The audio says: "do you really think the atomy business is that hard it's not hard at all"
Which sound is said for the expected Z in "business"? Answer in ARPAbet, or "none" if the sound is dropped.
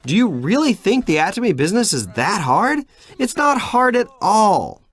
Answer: Z